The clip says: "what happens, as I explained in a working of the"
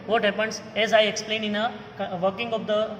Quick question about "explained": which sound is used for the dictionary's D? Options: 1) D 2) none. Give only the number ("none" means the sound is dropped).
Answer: 2